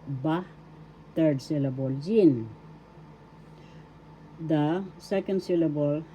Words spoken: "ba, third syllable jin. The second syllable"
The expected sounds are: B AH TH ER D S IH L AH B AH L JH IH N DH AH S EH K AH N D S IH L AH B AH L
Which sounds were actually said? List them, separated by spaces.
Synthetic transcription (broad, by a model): B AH T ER D S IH L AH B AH L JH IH N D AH S EH K AH N D S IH L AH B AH L